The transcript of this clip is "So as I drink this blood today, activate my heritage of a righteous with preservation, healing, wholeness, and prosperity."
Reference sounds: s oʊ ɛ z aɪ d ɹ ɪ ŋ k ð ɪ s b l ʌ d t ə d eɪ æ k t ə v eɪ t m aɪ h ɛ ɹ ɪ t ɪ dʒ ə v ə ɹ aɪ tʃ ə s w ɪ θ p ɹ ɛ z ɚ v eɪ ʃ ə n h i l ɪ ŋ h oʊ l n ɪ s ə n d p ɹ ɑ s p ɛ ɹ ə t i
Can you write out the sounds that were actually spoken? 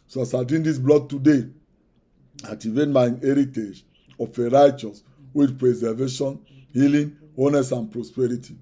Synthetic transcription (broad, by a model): s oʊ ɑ s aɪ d i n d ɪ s b l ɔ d t ə d eɪ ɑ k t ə v eɪ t m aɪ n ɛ ɹ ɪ t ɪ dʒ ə f ə ɹ aɪ tʃ ə s w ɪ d p ɹ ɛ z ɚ v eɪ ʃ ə n h i l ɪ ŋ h oʊ n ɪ s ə n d p ɹ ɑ s p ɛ ɹ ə t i